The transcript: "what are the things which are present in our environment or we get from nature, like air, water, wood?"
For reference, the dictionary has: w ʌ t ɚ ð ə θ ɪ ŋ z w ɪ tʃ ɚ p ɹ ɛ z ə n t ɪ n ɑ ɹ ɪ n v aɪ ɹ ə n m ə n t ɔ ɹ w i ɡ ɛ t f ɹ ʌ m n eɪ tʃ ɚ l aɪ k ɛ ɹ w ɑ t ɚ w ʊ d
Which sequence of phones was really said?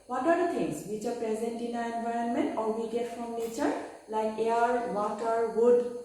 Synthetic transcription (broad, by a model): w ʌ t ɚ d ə t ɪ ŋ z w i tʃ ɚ p ɹ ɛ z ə n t ɪ n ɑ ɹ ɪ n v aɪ ɹ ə n m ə n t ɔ l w i ɡ ɛ t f ɹ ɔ m n eɪ tʃ ɚ l aɪ k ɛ ɹ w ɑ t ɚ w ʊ d